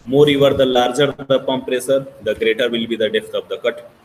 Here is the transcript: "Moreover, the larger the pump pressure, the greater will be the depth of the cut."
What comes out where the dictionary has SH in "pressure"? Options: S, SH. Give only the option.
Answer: S